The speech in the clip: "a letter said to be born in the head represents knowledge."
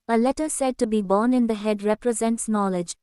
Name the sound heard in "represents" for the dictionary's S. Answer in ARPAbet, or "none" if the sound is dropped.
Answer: S